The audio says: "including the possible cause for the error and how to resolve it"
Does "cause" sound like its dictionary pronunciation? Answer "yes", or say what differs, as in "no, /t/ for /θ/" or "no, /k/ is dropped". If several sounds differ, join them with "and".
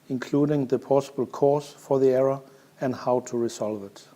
no, /s/ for /z/